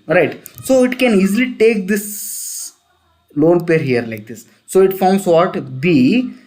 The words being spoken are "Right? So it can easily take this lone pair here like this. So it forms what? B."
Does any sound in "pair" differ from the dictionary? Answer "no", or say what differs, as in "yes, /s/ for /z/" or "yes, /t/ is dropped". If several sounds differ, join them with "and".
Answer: no